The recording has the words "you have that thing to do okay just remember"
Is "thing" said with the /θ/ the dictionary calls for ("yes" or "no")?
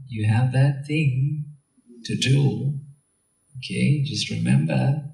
yes